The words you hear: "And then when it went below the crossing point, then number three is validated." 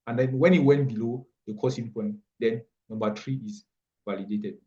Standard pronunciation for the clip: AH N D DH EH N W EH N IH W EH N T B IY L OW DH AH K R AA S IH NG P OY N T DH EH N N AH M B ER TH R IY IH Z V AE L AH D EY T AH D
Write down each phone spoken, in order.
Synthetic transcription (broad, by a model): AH N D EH N W EH N IH W EH N T B IY L OW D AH K AA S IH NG P OY N T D EH N N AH M B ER T R IY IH S V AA L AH D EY T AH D